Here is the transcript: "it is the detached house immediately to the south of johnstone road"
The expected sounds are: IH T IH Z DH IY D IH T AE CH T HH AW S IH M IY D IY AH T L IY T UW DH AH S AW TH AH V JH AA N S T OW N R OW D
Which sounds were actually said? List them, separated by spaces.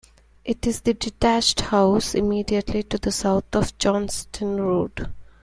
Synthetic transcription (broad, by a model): IH T IH Z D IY D IH T AE CH T HH AW S IH M IY D IY AH T L IY T UW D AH S AW T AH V JH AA N S T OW N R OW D